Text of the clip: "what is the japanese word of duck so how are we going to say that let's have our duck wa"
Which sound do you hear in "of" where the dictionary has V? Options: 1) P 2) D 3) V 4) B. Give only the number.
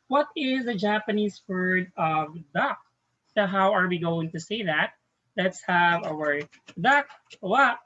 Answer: 3